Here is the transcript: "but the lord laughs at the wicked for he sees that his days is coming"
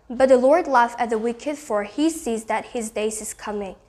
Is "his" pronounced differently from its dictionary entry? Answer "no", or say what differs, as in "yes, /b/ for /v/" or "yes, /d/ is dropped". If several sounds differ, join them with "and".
no